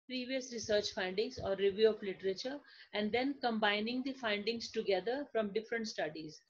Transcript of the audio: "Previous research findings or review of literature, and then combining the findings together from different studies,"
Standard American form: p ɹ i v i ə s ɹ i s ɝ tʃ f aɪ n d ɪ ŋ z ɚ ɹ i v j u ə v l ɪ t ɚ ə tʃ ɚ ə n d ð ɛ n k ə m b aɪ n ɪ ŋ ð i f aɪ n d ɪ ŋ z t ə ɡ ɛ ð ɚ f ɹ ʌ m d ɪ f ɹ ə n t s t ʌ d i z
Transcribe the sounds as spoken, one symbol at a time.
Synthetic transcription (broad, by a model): p ɹ i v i ə s ɹ i s ɝ tʃ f aɪ n d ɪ ŋ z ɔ ɹ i v j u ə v l ɪ t ɚ ə tʃ ɚ ə n d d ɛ n k ə m b aɪ n ɪ ŋ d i f aɪ n d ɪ ŋ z t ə ɡ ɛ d ɚ f ɹ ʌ m d ɪ f ɹ ə n t s t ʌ d i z